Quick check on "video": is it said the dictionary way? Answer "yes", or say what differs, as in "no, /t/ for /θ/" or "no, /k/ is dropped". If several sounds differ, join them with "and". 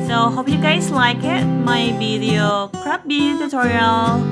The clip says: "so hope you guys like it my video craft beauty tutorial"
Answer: no, /b/ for /v/